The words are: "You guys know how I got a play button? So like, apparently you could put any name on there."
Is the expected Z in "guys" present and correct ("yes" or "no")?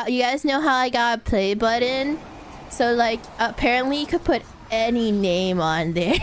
yes